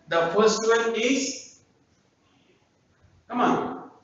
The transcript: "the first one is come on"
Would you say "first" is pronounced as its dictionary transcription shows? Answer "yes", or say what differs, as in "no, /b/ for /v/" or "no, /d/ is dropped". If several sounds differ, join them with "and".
no, /p/ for /f/